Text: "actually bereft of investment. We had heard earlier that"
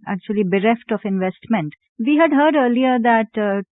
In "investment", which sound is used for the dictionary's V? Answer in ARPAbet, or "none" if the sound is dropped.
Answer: V